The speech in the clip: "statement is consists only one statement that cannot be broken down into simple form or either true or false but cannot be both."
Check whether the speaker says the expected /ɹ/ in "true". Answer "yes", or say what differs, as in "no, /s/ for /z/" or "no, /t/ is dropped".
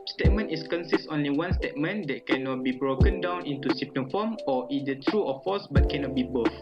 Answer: yes